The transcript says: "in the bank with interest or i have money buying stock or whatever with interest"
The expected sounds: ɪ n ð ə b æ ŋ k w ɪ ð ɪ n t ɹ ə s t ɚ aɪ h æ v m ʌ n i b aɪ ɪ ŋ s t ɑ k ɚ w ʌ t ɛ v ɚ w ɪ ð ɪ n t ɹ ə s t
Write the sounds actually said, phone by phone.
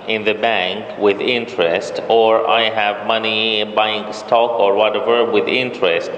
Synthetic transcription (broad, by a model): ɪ n ð ə b æ ŋ k w ɪ ð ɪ n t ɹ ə s t ɚ aɪ h æ v m ʌ n i b aɪ ɪ ŋ s t ɑ k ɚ w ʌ t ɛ v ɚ w ɪ ð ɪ n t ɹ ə s t